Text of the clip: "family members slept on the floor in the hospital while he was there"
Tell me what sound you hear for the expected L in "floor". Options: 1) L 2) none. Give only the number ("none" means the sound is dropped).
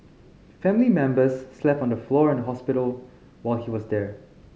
1